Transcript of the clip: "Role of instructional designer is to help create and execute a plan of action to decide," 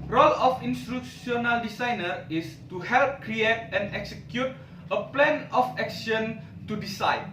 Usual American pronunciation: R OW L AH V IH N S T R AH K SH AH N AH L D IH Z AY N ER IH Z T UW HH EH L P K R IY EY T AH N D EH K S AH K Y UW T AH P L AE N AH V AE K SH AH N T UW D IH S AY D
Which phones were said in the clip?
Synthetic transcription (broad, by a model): R OW L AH F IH N S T UW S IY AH N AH L D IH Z AY N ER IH S T UW HH EH L P K R IY EY T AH N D EH K S AH K Y UW T AH P L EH N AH F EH K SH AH N T UW D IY S AY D